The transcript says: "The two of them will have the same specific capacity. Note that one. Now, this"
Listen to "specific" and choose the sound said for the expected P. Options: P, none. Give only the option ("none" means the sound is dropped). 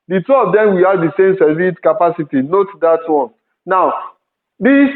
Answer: none